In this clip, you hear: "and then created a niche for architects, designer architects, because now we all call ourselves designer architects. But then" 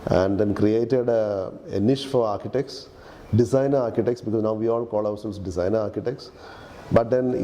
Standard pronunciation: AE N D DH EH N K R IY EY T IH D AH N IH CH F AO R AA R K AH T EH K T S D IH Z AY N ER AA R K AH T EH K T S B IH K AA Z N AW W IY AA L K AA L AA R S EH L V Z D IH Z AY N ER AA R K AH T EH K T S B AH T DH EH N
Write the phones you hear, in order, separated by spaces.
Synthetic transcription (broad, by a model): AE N D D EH N K R IY EY T IH D AH N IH SH F AO R AA R K AH T EH K T S D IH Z AY N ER AA R K AH T EH K T S B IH K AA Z N AW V IY AA L K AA L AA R S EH L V S D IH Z AY N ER AA R K AH T EH K T S B AH T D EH N